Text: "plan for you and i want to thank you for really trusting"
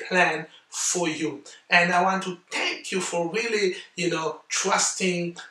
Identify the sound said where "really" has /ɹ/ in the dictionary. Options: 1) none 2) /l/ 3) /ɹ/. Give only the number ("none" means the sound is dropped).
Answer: 2